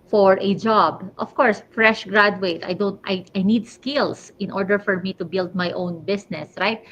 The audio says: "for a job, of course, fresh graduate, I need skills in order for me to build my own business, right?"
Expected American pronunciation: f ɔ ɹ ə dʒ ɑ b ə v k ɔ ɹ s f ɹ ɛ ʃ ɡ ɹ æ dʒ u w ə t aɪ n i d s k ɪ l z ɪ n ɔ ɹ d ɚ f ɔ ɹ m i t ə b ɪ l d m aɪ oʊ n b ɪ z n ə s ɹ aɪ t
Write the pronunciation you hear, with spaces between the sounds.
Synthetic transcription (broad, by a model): f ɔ ɹ ə dʒ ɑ b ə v k ɔ ɹ s f ɹ ɛ ʃ ɡ ɹ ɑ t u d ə t aɪ n i d s k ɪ l s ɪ n ɔ ɹ d ɚ f ɔ ɹ m i t ə b ɪ l d m aɪ oʊ n b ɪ s n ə s ɹ aɪ t